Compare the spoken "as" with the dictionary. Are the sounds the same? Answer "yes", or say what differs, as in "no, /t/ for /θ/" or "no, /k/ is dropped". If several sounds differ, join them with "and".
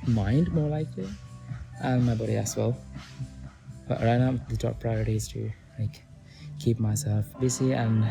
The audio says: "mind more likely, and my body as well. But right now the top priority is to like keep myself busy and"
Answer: no, /s/ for /z/